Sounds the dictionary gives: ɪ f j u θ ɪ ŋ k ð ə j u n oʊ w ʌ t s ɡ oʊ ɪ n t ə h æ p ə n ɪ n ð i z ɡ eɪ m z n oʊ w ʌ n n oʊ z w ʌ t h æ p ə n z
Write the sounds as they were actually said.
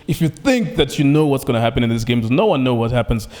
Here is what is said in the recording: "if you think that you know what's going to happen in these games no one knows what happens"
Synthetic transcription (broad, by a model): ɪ f j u θ ɪ ŋ k ð ə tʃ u n oʊ w ʌ t s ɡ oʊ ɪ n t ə h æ p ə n ɪ n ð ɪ s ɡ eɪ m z n oʊ w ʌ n n oʊ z w ʌ t h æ p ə n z